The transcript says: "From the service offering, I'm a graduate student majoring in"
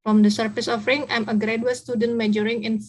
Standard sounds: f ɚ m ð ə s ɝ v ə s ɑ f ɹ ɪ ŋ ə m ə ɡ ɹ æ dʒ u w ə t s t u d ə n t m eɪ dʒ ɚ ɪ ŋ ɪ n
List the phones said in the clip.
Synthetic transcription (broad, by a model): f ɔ m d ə s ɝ f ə s ɑ f ɹ ɪ ŋ ə m ə ɡ ɹ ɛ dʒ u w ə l s t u d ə n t m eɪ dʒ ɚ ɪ ŋ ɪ n